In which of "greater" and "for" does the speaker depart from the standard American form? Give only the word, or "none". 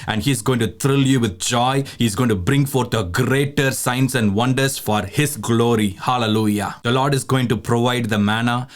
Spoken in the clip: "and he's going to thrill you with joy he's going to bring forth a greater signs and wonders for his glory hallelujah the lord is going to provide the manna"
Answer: none